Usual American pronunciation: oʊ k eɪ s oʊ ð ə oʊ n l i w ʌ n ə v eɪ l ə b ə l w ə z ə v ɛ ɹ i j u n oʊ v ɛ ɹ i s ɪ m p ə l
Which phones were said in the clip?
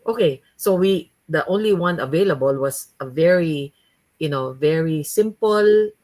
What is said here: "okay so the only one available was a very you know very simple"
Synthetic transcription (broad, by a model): oʊ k eɪ s oʊ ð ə oʊ n l i w ʌ n ə v eɪ l ə b ə l w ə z ə v ɛ ɹ i j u n oʊ v ɛ ɹ i s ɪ m p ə l